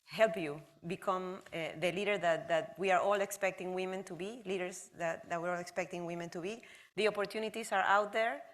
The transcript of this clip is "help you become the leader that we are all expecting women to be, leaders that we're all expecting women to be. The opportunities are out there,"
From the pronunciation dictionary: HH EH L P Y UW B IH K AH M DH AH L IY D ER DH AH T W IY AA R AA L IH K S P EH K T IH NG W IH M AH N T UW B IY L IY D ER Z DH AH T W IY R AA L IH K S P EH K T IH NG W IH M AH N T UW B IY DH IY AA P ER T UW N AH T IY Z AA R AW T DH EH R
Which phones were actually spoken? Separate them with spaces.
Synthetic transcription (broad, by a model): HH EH L P Y UW B IH K AH M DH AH L IY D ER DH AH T W IY AA R AA L IH K S P EH K T IH NG W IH M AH N T UW B IY L IY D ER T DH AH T W IY R AA L IH K S P EH K T IH NG W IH M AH N T UW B IY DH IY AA P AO T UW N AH T IY S AA R AW T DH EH R